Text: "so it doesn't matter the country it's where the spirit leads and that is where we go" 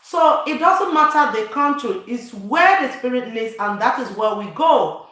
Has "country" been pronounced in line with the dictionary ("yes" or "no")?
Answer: no